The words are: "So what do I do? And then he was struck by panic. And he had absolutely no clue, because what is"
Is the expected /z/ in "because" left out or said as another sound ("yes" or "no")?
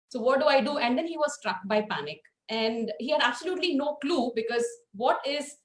no